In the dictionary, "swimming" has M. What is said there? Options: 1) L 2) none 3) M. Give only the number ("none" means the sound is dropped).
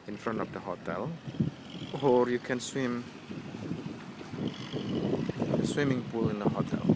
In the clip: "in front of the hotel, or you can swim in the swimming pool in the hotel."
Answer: 3